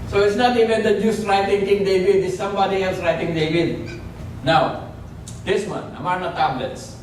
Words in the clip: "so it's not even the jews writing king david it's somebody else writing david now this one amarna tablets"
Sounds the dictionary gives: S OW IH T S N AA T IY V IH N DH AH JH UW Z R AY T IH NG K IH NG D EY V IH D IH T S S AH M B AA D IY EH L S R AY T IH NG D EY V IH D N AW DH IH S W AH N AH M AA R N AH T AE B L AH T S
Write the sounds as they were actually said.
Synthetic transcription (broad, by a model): S OW IH T S N AA T IY V IH N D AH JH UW S R AY T IH NG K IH NG D EY V IH D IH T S S AH M B AA D IY EH L S R AY T IH NG D EY V IH D N AW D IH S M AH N AH M AA R N AH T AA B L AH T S